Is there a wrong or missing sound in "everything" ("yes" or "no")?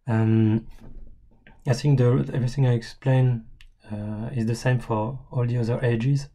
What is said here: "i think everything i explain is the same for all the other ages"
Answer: no